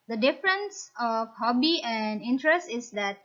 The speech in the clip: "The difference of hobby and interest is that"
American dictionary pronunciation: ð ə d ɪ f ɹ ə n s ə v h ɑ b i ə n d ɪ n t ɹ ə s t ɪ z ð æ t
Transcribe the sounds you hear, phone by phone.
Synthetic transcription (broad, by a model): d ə d ɪ f ɹ ə n s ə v h ɑ b i ə n d ɪ n t ɹ ə s t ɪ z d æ t